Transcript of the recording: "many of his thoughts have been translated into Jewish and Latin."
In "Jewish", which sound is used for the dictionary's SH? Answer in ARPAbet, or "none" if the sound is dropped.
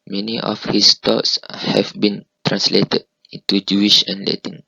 SH